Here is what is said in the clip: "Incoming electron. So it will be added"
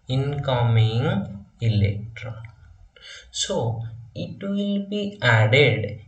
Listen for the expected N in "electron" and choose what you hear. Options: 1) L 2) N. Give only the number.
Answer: 1